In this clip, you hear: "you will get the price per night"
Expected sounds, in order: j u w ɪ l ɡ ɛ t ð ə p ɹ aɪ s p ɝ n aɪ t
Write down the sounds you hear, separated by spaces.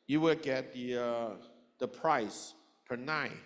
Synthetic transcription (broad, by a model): j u w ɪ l ɡ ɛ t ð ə p ɹ aɪ s p ɝ n aɪ